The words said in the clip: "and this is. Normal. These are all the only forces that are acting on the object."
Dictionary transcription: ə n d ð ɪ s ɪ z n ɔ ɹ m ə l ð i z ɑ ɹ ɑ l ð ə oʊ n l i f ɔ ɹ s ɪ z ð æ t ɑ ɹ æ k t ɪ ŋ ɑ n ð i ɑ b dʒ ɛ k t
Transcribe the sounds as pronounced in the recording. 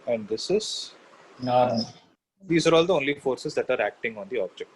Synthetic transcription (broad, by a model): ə n d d ɪ s ɪ z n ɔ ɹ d i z ɑ ɹ ɑ l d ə oʊ n l i f ɔ ɹ s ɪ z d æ t ɑ ɹ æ k t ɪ ŋ ɑ n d i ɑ b dʒ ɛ k t